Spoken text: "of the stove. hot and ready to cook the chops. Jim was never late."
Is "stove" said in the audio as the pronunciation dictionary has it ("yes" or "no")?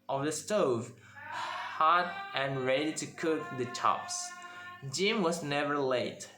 yes